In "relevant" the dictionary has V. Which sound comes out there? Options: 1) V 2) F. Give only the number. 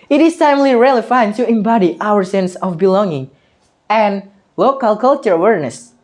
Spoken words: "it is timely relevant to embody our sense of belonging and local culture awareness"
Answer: 2